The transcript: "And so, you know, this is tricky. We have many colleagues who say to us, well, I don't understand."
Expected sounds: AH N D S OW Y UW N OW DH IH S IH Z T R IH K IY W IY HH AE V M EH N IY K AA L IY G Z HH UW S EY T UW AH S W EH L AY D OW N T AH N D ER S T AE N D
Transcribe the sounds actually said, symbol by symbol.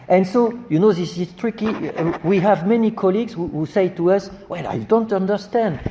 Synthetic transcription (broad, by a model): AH N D S OW Y UW N OW DH IH S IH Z T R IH K IY W IY HH AE V M EH N IY K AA L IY G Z HH UW S EY T UW AH S W EH L AY D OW N T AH N D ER S T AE N D